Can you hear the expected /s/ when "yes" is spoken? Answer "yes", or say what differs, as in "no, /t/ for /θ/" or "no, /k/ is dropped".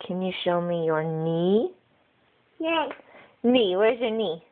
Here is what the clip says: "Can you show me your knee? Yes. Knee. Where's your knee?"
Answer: no, /s/ is dropped